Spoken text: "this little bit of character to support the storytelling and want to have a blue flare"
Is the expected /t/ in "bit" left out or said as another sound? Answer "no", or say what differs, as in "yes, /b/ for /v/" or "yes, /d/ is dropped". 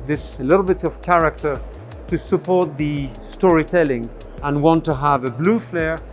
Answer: no